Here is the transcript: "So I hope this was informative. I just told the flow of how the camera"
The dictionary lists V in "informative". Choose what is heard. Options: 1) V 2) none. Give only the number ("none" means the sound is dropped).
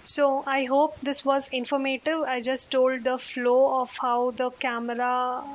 1